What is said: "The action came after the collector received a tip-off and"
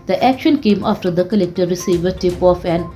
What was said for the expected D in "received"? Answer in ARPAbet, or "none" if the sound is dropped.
none